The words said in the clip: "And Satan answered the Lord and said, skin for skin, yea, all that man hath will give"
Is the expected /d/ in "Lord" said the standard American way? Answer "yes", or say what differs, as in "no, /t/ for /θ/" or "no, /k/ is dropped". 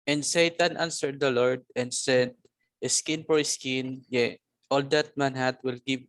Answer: yes